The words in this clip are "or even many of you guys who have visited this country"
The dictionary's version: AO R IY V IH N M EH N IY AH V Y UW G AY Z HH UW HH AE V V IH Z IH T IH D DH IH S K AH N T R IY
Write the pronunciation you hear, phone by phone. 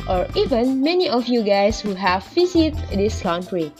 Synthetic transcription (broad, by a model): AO R IY V IH N M EH N IY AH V Y UW G AY S HH UW HH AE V F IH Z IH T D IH S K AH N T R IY